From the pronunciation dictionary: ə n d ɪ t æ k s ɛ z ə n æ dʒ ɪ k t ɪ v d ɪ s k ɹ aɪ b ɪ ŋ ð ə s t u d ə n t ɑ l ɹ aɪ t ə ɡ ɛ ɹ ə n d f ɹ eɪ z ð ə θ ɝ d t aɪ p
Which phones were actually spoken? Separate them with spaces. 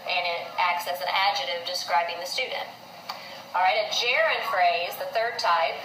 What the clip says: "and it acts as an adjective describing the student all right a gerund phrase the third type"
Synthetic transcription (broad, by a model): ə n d ɪ t æ k s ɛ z ə n æ dʒ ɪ t ɪ v d ɪ s k ɹ aɪ b ɪ ŋ ð ə s t u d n t ɑ l ɹ aɪ t ə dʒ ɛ ɹ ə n f ɹ eɪ z ð ə θ ɝ d t aɪ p